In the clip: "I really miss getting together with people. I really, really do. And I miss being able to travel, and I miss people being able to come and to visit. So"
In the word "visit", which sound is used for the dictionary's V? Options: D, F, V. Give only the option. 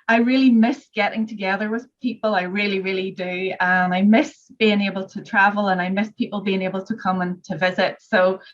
V